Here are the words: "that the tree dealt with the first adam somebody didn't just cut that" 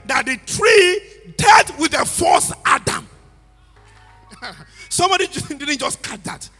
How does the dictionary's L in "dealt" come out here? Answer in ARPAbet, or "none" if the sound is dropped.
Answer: none